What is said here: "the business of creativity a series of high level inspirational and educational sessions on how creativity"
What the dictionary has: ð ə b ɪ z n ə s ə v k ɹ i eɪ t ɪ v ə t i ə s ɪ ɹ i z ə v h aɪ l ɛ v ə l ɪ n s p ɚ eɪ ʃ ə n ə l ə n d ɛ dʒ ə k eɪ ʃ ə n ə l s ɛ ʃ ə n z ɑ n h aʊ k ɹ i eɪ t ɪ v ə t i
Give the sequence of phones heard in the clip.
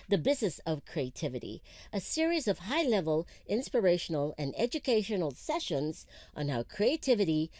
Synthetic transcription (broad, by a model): ð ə b ɪ z n ə s ə v k ɹ i eɪ t ɪ v ə t i ə s ɪ ɹ i z ə v h aɪ l ɛ v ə l ɪ n s p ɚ eɪ ʃ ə n l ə n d ɛ dʒ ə k eɪ ʃ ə n l s ɛ ʃ ə n z n h aʊ k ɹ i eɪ t ɪ v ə t i